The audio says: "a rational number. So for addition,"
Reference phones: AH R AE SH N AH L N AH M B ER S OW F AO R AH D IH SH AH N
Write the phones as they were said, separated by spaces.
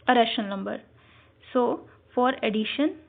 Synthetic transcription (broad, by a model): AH R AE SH AH N AH M B ER S OW F AO R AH D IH SH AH N